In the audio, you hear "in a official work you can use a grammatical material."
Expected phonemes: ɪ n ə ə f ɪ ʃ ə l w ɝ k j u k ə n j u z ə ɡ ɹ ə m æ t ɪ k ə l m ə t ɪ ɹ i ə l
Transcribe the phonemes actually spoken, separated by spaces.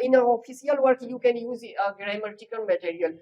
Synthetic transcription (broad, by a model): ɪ n ə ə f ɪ s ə l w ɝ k j u k ə n j u z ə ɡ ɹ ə m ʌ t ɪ k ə n m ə t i ɹ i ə l